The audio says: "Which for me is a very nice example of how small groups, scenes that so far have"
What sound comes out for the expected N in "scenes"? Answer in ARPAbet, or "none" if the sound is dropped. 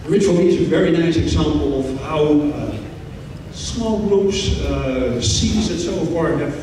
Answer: none